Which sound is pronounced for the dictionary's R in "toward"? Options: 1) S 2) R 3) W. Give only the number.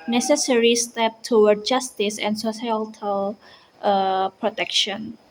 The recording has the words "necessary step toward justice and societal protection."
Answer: 3